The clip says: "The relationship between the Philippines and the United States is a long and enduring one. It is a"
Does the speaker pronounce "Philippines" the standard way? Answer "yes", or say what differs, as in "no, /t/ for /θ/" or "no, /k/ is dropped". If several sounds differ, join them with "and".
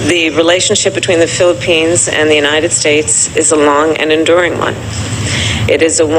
yes